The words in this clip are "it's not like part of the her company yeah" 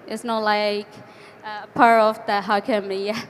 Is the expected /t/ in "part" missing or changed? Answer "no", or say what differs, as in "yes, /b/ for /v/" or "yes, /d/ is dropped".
yes, /t/ is dropped